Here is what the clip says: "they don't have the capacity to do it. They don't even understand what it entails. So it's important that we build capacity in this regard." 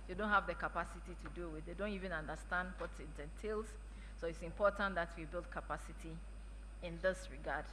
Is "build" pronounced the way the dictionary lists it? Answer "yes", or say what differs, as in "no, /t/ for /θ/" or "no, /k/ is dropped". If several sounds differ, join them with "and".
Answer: yes